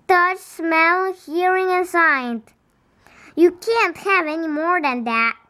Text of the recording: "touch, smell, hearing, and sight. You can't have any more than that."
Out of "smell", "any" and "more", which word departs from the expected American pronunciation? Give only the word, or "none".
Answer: none